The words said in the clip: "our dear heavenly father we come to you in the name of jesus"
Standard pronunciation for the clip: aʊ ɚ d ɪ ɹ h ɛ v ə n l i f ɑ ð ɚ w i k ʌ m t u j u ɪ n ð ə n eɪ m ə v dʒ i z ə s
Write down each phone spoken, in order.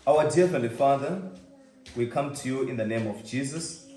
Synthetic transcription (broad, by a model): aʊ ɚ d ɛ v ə l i f ɑ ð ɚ w i k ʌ m t u j u ɪ n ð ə n eɪ m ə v dʒ i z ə s